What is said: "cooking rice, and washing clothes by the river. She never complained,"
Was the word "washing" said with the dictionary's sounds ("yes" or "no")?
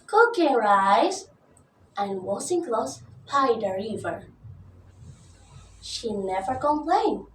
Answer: no